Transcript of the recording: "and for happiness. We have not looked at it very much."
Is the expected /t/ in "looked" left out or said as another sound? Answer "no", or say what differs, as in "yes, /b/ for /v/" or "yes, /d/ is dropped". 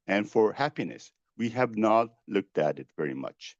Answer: no